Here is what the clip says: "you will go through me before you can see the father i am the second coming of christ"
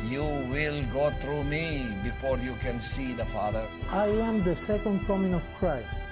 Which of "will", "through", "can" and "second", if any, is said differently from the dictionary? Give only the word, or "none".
through